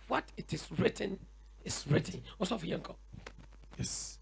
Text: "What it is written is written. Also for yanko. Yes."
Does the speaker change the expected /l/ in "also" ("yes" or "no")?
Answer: yes